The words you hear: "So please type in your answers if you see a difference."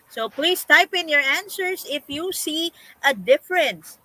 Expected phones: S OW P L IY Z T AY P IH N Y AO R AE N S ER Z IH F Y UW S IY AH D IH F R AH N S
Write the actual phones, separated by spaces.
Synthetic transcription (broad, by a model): S OW P L IY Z T AY P IH N Y AO R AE N S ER S IH F Y UW S IY AH D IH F R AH N S